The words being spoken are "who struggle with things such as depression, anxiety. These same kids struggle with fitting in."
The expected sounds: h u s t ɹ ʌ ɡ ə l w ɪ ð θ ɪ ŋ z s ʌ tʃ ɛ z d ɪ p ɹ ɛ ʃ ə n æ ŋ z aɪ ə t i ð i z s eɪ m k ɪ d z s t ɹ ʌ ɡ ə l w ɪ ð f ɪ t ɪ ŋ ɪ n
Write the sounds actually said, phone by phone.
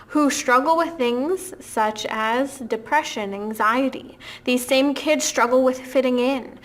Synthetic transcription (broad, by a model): h u s t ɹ ʌ ɡ l w ɪ ð θ ɪ ŋ z s ʌ tʃ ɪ z d ɪ p ɹ ɛ ʃ ə n æ ŋ z aɪ ə t i ð i z s eɪ m k ɪ d z s t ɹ ʌ ɡ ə l w ɪ ð f ɪ t ɪ ŋ ɪ n